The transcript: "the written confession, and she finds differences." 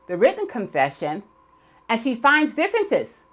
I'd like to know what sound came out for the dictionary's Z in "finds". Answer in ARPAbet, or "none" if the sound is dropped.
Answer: Z